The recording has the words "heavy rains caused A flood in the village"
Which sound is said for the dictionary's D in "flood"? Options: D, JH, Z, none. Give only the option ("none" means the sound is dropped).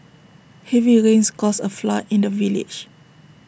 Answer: none